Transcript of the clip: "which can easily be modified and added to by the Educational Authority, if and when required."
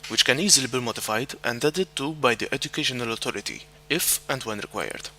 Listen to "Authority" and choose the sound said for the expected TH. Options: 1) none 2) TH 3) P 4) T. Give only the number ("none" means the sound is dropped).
4